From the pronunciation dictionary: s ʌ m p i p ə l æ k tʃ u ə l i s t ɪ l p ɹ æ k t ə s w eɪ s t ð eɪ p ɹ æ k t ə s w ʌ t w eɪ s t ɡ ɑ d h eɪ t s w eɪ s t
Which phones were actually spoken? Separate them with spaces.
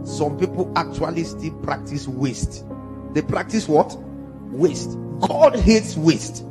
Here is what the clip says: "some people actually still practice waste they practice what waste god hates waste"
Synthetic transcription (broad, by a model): s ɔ m p i p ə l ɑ k tʃ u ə l i s t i l p ɹ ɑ k t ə s w eɪ s t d eɪ p ɹ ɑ k t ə s w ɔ t w eɪ s t ɡ ɑ d h eɪ t s w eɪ s t